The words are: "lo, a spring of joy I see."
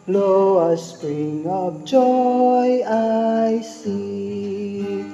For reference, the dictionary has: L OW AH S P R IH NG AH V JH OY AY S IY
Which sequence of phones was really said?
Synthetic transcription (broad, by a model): L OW AH S P R IH NG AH P JH OY AY S IY